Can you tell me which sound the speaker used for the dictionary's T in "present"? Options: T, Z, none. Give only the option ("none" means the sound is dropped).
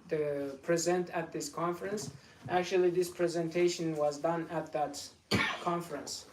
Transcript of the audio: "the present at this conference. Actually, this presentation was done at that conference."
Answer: T